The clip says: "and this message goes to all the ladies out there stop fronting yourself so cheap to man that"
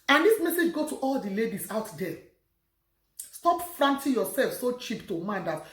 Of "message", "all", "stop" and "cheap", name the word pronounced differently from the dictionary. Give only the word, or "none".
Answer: none